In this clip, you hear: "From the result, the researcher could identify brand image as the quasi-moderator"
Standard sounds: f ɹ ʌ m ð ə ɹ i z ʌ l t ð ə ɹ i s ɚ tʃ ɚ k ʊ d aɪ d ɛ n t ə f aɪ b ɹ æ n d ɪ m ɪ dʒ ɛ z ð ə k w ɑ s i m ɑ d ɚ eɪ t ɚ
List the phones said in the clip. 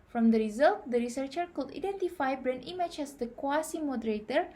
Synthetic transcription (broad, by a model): f ɹ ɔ m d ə ɹ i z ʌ l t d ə ɹ i s ɚ tʃ ɚ k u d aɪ d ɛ n t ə f aɪ b ɹ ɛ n i m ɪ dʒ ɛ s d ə k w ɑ s i m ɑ d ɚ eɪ t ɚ